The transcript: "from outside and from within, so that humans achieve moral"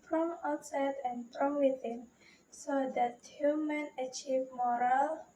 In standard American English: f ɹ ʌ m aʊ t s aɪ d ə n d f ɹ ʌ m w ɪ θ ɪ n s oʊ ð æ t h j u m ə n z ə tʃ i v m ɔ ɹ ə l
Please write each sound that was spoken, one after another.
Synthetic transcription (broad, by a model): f ɹ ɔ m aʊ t s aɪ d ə n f ɹ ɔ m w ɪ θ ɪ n s oʊ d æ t h j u m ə n ə tʃ i v m ɔ ɹ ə l